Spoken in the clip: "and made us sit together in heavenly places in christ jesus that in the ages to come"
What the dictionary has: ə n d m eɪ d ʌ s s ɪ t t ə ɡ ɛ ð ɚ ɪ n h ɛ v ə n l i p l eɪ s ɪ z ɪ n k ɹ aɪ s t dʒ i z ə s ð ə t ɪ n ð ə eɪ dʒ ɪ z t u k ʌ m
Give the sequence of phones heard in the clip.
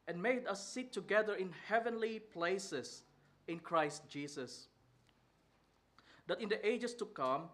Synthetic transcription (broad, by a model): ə n m eɪ d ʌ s s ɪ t t ə ɡ ɛ ð ɚ ɪ n h ɛ v ə n l i p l eɪ s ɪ s ɪ n k ɹ aɪ s t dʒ i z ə s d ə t ɪ n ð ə eɪ dʒ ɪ s t u k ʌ m